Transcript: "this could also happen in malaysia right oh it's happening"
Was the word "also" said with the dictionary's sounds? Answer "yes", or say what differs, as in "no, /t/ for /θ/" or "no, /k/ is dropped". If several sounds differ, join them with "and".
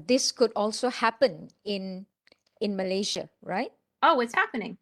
yes